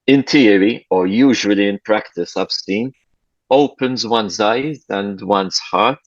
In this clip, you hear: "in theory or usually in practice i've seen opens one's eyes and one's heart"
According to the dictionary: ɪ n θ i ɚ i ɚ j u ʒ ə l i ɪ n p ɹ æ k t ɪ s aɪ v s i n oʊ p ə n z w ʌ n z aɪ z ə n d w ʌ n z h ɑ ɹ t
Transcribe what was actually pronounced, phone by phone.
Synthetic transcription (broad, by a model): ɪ n t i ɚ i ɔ j u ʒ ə l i ɪ n p ɹ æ k t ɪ s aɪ b s i n oʊ p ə n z w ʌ n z aɪ z ə n d w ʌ n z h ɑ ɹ t